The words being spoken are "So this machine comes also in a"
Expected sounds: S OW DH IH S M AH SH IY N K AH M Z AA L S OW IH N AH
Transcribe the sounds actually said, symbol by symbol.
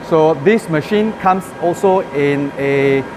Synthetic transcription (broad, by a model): S OW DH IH S M AH SH IY N K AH M S AA L S OW IH N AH